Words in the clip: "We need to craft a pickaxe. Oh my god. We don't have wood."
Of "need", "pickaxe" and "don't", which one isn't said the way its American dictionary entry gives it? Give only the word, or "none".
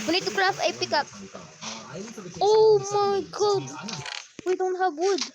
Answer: pickaxe